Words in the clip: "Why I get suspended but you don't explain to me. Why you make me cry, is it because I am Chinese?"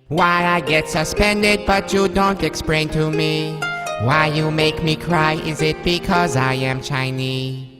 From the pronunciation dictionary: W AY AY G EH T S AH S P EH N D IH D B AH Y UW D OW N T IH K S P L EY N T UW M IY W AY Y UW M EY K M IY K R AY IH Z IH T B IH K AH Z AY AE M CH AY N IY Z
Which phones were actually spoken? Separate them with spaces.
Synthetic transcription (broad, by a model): W AY AY G EH T S AH S P EH N D IH D B AH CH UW D OW N T IH K S P L EY N T UW M IY W AY Y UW M EY K M IY K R AY IH Z IH T B IH K AH Z AY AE M CH AY N IY